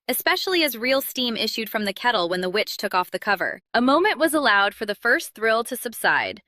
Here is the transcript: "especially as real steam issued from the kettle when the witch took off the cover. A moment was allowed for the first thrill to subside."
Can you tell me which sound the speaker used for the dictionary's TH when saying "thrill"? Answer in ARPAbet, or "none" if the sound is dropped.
TH